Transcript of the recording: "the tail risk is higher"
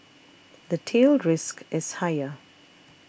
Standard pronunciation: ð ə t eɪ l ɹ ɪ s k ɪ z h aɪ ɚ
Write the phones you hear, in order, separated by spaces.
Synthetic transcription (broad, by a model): ð ə t eɪ l ɹ ɪ s k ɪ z h aɪ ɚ